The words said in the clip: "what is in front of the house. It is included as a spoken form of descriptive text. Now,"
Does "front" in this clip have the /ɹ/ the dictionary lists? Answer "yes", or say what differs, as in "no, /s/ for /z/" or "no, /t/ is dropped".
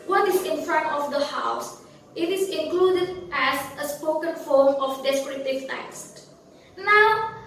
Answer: yes